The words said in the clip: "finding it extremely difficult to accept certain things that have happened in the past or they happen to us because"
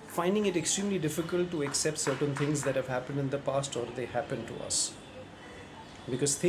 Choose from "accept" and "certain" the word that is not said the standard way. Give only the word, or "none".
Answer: none